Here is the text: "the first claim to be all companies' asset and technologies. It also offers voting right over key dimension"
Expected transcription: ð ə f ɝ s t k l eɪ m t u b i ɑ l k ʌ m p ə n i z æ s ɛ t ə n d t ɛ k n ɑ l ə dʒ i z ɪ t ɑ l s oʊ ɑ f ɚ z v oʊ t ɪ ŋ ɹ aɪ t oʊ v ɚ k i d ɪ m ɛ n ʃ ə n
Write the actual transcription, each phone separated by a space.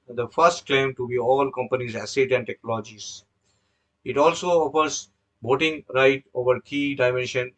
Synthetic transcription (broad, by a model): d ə f ɝ s t k l eɪ m t u b i ɑ l k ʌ m p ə n i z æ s ɛ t ə n d t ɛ k n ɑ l dʒ i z ɪ t ɑ l s oʊ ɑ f ɚ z b oʊ t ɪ ŋ ɹ aɪ t oʊ v ɚ k i d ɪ m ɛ n ʃ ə n